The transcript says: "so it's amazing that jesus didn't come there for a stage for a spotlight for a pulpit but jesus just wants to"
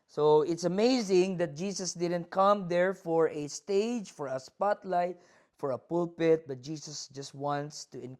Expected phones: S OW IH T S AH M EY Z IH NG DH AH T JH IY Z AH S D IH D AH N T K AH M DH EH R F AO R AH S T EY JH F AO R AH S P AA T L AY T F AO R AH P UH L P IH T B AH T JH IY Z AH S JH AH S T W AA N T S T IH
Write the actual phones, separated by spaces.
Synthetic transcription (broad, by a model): S OW IH T S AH M EY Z IH NG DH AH T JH IY S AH S D IH D AH N T K AH M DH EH R F AO R AH S T EY JH F AO R AH S P AA T L AY T F AO R AH P UH L P IH T B AH T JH IY S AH S JH AH S T W AA N T S T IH